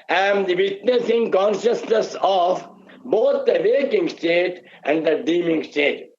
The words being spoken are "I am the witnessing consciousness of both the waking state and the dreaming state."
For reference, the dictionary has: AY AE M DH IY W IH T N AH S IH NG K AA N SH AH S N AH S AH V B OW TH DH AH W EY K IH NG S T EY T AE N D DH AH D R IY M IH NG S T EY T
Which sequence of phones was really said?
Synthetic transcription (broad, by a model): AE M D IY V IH T N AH S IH NG K AA N SH AH S N AH S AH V B OW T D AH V EY K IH NG S T EY T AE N D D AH D IY M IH NG S T EY T